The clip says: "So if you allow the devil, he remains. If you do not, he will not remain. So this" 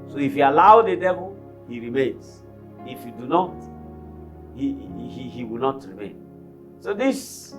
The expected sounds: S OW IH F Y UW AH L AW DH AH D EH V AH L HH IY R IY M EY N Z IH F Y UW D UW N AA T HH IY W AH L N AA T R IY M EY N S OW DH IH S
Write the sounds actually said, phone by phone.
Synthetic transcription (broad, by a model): S OW IH F Y UW AH L AW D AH D EH V AH L HH IY R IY M EY N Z IH F Y UW D UW N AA T HH IY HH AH W N AA T R IY M EY N S OW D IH S